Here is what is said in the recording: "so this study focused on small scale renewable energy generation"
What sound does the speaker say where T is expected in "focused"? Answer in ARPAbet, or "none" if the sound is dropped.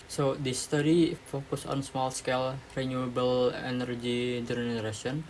none